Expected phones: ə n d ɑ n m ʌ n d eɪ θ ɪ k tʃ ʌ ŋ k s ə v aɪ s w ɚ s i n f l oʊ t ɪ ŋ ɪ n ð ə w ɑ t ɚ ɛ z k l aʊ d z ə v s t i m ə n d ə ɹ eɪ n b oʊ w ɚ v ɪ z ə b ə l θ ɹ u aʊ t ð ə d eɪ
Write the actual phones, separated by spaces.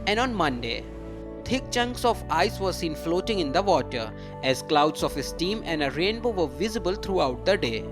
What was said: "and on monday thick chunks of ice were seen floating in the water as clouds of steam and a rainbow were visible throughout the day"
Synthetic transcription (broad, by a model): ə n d ɑ n m ʌ n d eɪ t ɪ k tʃ ʌ ŋ k s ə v aɪ s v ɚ s i n f l oʊ t ɪ ŋ ɪ n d ə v ɑ t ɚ ɛ z k l aʊ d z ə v s t i m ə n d ə ɹ eɪ n b oʊ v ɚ v ɪ z ə b ə l t ɹ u aʊ t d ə d eɪ